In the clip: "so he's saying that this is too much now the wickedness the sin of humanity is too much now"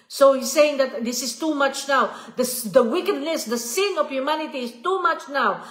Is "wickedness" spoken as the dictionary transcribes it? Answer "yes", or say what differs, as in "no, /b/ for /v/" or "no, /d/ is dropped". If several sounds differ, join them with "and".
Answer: no, /l/ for /n/